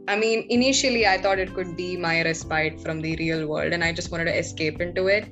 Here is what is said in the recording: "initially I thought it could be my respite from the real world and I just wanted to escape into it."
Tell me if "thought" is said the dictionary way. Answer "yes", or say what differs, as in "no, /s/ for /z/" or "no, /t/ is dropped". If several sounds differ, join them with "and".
no, /t/ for /θ/